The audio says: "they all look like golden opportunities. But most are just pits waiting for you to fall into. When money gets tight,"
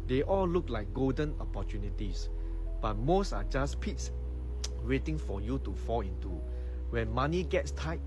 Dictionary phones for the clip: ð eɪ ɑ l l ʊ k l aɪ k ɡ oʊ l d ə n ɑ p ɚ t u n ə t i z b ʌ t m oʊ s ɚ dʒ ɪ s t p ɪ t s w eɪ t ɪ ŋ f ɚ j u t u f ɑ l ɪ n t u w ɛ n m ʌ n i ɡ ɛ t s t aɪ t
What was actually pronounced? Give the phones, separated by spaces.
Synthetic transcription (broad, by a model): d eɪ ɑ l l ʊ k l aɪ k ɡ oʊ l d ə n ɑ p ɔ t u n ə t i s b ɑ t m oʊ s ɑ dʒ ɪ s p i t s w eɪ t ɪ ŋ f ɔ j u t u f ɑ l ɪ n t u w ɛ n m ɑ n i ɡ ɛ t s t aɪ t